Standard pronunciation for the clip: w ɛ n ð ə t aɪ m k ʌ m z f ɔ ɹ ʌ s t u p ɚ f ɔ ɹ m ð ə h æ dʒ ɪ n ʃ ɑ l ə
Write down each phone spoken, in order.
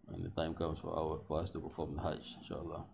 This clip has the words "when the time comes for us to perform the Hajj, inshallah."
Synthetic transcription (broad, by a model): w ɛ n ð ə t aɪ m k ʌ m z f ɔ w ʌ s t u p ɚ f ɔ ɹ m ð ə h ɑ tʃ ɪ n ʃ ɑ l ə